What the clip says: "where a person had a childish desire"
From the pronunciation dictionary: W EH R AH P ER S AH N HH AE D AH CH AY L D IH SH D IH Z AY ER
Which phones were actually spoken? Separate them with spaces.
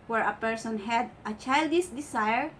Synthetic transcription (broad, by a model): W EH R AH P ER S AH N HH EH D AH CH AY L D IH S D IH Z AY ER